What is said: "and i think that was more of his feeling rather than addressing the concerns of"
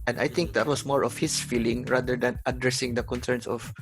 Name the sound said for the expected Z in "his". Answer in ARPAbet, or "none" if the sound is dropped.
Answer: S